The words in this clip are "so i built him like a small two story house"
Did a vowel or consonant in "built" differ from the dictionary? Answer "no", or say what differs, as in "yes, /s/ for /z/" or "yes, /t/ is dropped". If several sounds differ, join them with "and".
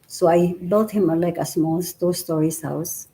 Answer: yes, /l/ is dropped